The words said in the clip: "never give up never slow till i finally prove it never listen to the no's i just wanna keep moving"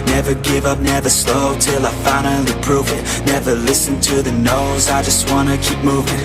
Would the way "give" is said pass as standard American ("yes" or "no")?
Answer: yes